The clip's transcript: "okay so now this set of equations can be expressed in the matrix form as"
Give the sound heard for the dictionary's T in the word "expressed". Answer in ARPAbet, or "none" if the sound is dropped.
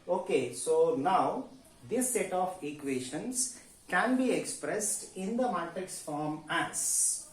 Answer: T